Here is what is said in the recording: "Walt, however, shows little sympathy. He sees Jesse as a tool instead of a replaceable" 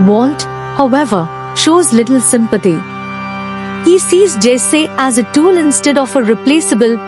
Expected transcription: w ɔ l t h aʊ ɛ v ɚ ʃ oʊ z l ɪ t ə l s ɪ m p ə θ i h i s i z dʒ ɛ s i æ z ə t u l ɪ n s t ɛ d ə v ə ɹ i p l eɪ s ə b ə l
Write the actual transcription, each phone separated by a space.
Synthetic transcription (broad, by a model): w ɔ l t h aʊ ɛ v ɚ ʃ oʊ z l ɪ t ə l s ɪ m p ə t i h i s i z dʒ ɛ s i æ z ə t u l ɪ n s t ɛ d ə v ə ɹ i p l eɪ s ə b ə l